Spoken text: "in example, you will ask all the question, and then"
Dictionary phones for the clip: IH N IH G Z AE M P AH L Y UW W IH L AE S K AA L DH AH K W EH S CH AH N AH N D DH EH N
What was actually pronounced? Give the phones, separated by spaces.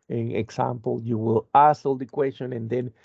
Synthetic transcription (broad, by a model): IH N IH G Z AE M P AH L Y UW W IH L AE S AA L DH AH K W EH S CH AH N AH N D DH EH N